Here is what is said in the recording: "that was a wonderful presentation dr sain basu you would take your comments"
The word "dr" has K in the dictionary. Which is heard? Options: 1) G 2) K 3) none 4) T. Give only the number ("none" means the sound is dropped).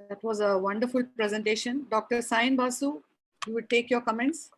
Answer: 2